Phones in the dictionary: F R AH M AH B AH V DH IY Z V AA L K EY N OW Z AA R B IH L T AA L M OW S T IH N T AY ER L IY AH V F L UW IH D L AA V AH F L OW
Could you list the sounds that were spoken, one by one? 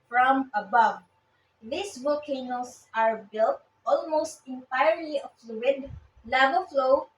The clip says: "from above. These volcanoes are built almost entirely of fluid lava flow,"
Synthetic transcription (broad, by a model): F R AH M AH B AH V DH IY S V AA L K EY N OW S AA R B IH L T AA L M OW S T IH N T AY ER L IY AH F L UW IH D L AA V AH F L OW